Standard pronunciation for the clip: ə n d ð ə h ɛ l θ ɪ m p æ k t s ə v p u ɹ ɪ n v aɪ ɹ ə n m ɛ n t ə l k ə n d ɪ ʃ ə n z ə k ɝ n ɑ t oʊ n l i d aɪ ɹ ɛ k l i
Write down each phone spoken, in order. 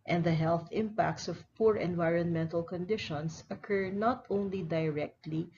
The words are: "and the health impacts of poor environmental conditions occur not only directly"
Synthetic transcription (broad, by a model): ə n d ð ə h ɛ l θ ɪ m p æ k t s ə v p u ɹ ɪ n v aɪ ɹ ə n m ɛ n t ə l k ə n d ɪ ʃ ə n s ə k ɝ n ɑ t oʊ n l i d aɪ ɹ ɛ k l i